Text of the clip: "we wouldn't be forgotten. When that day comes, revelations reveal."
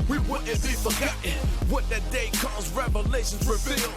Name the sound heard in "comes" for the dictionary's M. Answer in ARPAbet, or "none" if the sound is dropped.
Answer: none